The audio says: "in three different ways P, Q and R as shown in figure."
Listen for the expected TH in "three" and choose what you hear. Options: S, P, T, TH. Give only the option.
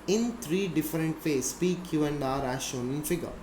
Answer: T